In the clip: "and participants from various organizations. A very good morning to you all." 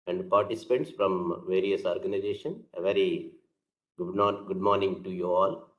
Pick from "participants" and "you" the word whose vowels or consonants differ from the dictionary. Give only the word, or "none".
participants